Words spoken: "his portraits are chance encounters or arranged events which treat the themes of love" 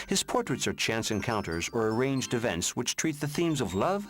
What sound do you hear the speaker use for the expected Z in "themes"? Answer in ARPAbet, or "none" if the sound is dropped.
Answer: Z